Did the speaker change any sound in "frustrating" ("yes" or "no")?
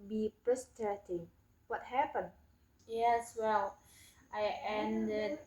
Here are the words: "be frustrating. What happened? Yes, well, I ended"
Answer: yes